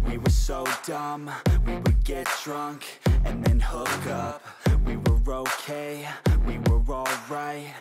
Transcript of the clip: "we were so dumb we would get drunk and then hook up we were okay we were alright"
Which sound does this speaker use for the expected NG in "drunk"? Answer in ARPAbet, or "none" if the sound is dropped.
NG